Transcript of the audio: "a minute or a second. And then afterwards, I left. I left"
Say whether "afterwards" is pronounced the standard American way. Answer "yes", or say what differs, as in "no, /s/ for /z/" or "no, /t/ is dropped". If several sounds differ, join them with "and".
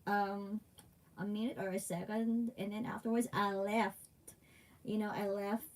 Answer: yes